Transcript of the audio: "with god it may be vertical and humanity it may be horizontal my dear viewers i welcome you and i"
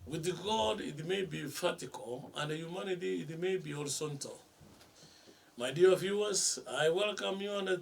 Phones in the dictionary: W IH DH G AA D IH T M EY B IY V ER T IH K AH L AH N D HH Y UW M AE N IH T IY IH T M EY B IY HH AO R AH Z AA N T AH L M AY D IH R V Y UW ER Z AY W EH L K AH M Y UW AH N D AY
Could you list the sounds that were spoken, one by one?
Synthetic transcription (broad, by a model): W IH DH G AA D IH T M EY B IY F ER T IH K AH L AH N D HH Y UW M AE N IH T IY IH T M EY B IY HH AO R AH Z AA N T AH L M AY D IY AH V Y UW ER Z AY W EH L K AH M Y UW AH N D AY